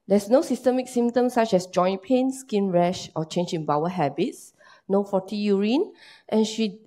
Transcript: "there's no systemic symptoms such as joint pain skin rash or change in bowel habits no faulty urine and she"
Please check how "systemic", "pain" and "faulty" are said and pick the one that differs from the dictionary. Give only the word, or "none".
faulty